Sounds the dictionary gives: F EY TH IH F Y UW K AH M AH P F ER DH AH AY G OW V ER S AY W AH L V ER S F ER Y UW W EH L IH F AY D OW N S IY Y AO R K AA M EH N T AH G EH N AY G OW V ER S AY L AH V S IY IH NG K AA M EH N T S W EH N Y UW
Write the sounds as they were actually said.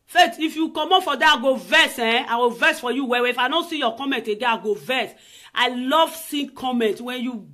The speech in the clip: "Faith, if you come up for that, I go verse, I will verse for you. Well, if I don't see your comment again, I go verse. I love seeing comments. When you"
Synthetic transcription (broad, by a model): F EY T IH F Y UW K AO M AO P F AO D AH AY G OW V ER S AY W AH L V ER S F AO Y UW W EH W IH F AY D OW N S IY Y AO K AA M EH N T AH G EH AY G OW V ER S AY L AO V S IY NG K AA M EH N T W EH N Y UW